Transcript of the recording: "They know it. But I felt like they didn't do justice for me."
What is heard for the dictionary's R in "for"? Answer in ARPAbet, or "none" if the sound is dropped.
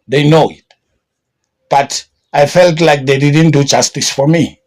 R